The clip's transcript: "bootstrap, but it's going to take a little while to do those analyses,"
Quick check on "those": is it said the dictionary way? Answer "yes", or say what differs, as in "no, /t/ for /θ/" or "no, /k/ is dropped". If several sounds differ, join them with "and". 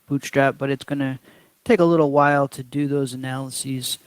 yes